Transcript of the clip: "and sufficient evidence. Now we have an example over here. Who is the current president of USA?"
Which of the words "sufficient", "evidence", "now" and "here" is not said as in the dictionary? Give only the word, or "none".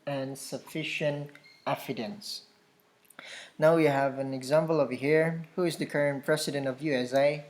evidence